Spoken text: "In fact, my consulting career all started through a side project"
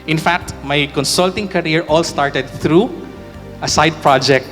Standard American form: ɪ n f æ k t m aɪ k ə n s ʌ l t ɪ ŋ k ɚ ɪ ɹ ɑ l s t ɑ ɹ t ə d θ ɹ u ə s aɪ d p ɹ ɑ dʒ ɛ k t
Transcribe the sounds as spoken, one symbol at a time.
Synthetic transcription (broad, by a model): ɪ n f æ k t m aɪ k ə n s ʌ l t ɪ ŋ k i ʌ ɹ ɑ l s t ɑ ɹ t ə d t ɹ u ə s aɪ d p ɹ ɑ dʒ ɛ k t